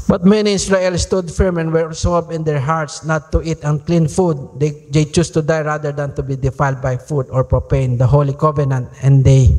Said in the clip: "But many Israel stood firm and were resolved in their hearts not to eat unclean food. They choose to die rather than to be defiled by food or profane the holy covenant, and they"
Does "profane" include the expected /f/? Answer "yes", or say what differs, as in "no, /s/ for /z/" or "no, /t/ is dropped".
no, /p/ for /f/